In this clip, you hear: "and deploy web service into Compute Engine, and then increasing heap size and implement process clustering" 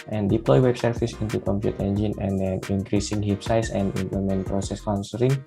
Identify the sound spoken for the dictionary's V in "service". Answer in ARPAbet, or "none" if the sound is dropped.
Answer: F